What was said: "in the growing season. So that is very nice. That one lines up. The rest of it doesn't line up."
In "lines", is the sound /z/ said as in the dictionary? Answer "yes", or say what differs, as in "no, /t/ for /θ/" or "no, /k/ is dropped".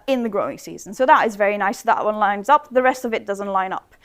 yes